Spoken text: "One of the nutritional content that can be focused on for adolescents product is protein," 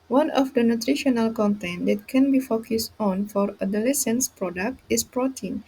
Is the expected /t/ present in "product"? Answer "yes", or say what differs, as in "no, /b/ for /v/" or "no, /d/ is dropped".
yes